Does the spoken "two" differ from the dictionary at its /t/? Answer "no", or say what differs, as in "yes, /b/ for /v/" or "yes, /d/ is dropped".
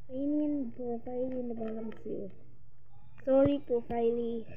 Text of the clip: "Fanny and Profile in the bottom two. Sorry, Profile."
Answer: yes, /s/ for /t/